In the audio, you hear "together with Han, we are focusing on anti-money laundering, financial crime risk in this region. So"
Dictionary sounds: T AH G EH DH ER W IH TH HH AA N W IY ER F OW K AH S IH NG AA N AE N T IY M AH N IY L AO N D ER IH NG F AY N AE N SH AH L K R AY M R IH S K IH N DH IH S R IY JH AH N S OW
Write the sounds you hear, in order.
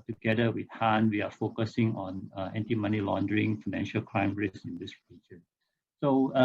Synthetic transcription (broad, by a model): T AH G EH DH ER W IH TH HH AA N W IY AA F OW K AH S IH NG AA N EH N T IY M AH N IY L AO N D ER IH NG F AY N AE N SH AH L K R AY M R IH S IH N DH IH S R IY JH AH N S OW